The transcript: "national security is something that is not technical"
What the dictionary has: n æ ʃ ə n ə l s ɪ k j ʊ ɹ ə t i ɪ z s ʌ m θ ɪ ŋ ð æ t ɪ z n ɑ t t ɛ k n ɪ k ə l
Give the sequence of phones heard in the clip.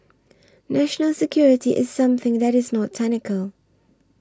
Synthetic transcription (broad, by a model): n æ ʃ ə n ə l s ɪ k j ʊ ɹ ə t i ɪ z s ʌ m θ ɪ ŋ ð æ t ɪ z n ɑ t t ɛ n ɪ k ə l